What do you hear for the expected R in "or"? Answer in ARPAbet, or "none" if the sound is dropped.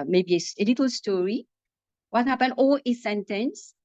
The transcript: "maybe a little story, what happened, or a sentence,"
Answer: L